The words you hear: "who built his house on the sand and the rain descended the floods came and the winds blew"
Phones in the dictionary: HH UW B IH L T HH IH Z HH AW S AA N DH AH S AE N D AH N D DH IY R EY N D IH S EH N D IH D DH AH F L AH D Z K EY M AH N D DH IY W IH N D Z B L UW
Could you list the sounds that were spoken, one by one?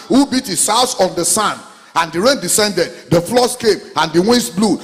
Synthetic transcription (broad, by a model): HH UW B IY T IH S AW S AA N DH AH S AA N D AH N D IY R EY N D IH S EH N D IH D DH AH F L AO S K EY M AH N D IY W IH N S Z B L UW